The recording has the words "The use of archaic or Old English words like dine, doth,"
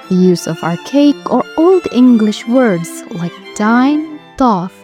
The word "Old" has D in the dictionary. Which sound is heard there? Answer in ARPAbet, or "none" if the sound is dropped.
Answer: D